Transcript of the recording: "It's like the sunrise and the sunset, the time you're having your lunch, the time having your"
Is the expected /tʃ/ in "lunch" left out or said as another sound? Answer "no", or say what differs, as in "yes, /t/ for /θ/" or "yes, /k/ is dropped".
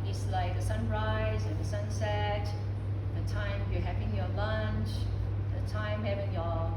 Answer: no